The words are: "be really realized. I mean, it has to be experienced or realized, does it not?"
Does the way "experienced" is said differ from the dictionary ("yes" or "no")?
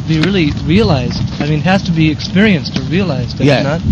no